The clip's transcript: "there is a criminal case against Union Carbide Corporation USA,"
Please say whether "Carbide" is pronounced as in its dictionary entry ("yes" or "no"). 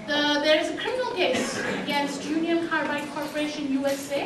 no